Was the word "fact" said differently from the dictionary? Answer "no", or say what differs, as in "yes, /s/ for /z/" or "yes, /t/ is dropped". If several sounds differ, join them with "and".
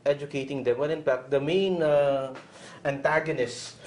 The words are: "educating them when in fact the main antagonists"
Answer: yes, /p/ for /f/